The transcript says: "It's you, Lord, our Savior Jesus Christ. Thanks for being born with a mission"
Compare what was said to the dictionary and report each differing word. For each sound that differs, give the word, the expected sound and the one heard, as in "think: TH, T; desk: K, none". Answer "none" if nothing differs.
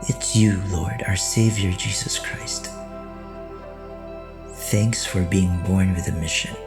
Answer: none